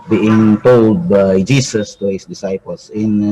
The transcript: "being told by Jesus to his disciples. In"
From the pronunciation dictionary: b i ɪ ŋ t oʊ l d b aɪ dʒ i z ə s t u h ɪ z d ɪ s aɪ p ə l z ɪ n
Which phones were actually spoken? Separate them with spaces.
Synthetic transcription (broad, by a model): b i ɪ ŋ t oʊ l d b aɪ dʒ i s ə s t u h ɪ s d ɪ s aɪ p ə l s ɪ n